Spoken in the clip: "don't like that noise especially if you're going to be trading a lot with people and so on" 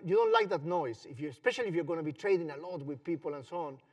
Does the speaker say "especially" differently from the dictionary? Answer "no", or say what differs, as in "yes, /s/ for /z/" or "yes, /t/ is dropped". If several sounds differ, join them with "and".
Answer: no